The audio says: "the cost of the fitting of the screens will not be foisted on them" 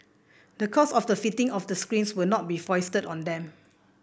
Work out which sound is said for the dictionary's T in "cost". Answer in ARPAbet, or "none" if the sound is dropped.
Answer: none